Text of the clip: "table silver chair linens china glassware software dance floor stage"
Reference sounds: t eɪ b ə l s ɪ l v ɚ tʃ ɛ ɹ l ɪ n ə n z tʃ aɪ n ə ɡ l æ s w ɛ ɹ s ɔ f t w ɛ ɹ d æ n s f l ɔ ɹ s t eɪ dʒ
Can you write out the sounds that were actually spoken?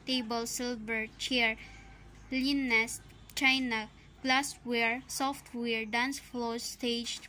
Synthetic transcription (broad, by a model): t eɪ b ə l s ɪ l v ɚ tʃ ɛ ɹ l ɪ n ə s tʃ aɪ n ə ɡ l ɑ s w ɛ ɹ s ɔ f t w ɛ ɹ d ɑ n s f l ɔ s t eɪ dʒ